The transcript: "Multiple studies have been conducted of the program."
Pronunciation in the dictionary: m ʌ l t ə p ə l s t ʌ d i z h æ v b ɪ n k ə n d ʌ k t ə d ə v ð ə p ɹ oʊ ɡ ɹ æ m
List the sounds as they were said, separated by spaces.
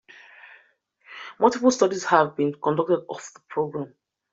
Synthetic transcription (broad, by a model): m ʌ l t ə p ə l s t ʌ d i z h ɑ v b ɪ n k ə n d ʌ k t ə d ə f ð ə p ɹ oʊ ɡ ɹ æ m